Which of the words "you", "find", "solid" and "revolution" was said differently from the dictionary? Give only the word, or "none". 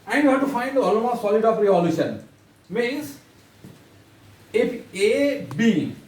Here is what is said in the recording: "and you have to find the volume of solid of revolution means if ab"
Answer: revolution